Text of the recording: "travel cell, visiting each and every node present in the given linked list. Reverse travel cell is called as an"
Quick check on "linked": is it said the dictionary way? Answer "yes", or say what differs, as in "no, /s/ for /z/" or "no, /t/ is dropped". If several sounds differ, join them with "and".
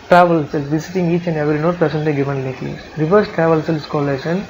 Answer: no, /ŋ/ is dropped